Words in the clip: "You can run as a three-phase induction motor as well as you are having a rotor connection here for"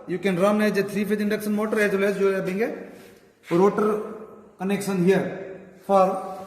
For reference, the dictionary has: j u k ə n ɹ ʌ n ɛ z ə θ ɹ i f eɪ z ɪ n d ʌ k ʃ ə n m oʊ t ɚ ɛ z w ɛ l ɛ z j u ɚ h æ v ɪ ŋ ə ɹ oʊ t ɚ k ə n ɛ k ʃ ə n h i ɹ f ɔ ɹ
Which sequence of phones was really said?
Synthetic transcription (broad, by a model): j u k ə n ɹ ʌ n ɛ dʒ ə t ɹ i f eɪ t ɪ n d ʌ k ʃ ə n m oʊ t ɚ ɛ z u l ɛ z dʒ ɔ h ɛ b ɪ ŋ ə ɹ oʊ t ɚ k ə n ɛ k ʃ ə n h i ɹ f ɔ ɹ